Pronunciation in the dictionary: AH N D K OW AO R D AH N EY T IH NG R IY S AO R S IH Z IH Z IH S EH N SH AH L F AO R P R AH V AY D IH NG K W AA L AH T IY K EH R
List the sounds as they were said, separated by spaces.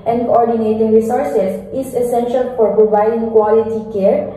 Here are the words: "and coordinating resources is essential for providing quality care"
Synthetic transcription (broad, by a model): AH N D K OW AO R D AH N EY T IH NG R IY S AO R S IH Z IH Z IH S EH N SH AH L F AO R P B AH B AY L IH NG K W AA L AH T IY K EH R